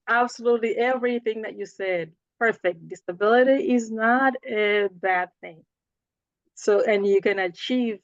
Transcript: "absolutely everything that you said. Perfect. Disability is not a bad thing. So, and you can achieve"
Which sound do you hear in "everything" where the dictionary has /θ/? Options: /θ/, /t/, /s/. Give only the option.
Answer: /θ/